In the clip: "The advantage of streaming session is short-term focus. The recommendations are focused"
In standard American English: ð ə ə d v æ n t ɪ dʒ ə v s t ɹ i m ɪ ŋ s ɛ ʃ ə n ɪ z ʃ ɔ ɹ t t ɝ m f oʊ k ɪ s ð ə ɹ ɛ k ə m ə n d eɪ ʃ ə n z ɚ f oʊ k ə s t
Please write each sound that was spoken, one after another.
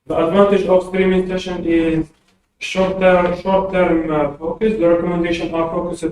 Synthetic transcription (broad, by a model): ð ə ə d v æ n t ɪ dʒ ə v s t ɹ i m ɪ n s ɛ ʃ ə n ɪ z ʃ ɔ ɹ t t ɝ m f oʊ k ɪ s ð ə ɹ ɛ k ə m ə n d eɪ ʃ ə n ɚ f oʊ k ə s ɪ